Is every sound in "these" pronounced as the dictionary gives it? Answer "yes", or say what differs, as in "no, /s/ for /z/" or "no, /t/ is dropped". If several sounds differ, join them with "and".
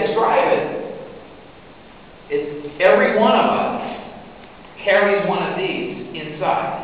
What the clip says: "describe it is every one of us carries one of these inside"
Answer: yes